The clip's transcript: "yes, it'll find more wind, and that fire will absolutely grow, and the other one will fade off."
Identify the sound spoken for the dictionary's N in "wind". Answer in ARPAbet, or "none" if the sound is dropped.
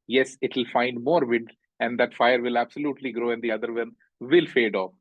none